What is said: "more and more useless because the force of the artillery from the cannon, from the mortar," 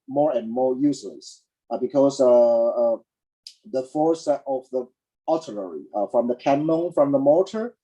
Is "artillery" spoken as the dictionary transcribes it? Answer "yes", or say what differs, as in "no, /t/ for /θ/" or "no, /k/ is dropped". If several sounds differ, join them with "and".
no, /l/ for /ɹ/ and /n/ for /l/